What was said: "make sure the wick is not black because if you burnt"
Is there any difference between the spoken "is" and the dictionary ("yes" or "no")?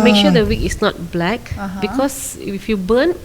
yes